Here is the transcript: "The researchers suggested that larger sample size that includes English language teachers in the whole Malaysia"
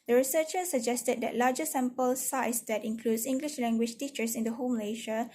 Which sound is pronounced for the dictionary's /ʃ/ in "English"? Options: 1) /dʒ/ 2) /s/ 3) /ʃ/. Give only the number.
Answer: 3